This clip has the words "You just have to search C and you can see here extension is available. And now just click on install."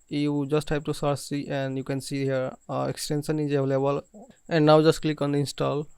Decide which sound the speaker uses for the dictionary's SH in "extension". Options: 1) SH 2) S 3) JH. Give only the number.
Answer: 2